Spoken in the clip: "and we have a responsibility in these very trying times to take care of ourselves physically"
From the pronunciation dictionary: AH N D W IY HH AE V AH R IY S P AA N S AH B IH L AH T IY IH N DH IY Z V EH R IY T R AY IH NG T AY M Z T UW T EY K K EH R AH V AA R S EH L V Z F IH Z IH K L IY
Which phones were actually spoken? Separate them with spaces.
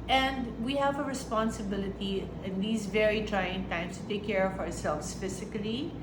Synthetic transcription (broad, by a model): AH N D W IY HH AE V AH R IY S P AA N S AH B IH L AH T IY IH N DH IY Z V EH R IY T R AY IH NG T AY M S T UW T EY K K EH R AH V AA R S EH L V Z F IH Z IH K L IY